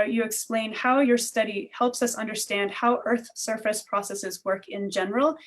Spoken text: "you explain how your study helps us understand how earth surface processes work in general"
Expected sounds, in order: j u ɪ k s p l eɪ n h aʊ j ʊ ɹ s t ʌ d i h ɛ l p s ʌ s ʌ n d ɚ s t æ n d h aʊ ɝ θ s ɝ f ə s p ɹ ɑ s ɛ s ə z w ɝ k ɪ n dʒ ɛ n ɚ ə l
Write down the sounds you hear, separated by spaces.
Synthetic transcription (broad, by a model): j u ɪ k s p l eɪ n h aʊ j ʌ ɹ s t ʌ d i h ɛ l p s ʌ s ʌ n d ɚ s t æ n d h aʊ ɝ θ s ɝ f ə s p ɹ ɑ s ɛ s ə z w ɝ k ɪ n dʒ ɛ n ɚ l